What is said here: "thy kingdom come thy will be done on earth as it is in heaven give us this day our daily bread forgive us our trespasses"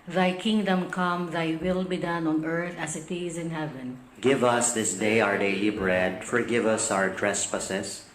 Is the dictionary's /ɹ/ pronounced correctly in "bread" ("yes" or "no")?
yes